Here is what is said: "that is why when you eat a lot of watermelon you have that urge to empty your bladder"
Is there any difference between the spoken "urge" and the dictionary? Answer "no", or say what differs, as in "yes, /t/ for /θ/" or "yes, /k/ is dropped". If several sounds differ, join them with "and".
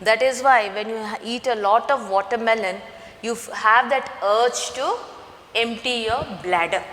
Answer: yes, /tʃ/ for /dʒ/